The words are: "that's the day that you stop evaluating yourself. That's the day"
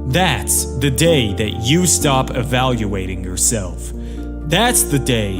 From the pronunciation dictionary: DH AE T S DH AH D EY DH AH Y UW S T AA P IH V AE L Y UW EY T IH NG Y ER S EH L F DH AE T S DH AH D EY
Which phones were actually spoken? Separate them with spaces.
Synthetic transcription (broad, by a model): DH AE T S DH AH D EY DH AH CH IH S T AA P IH V AE L Y UW EY T IH NG Y ER S EH L F DH AE T S DH AH D EY